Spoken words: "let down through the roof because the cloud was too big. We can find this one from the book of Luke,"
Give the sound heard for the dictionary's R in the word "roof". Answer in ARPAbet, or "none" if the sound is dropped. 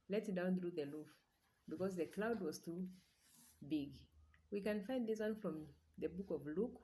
L